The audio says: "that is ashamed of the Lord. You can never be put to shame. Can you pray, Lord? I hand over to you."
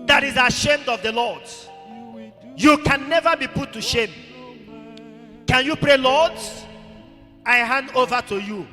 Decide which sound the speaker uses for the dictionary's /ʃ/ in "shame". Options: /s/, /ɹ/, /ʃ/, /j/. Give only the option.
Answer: /ʃ/